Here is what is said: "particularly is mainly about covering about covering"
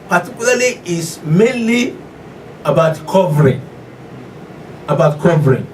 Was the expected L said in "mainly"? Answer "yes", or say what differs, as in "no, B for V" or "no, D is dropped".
yes